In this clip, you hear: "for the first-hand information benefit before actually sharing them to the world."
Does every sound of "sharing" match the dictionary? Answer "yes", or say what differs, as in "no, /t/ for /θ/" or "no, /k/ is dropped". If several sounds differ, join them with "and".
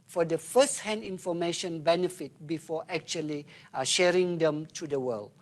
yes